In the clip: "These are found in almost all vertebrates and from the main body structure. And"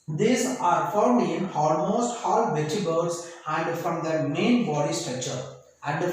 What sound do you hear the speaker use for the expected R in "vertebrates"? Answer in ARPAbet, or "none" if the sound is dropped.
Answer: none